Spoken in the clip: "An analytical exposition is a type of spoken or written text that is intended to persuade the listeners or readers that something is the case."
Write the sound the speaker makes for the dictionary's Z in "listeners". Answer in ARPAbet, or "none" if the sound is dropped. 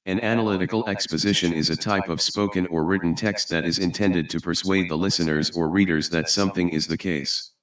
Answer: Z